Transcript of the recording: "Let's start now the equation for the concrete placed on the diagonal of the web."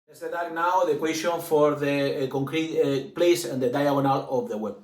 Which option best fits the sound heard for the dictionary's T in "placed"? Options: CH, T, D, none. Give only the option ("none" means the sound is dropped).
none